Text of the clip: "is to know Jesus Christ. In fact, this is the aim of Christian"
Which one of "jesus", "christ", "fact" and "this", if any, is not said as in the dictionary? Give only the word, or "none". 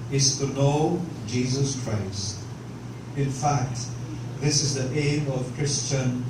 none